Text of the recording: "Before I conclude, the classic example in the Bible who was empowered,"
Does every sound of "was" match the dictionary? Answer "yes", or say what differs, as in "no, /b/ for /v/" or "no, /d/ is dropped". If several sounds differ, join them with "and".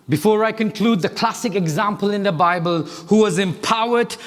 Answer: yes